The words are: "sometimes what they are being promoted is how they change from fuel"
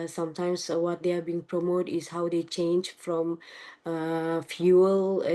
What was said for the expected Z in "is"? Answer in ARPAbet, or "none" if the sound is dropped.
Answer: S